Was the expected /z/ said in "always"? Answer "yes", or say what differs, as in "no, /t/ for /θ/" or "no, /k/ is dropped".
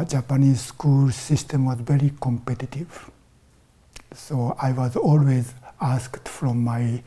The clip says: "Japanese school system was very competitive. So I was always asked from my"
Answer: yes